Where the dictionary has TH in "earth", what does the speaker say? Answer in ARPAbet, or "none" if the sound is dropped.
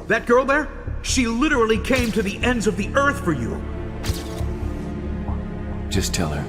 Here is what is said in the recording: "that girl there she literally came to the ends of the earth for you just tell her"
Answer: TH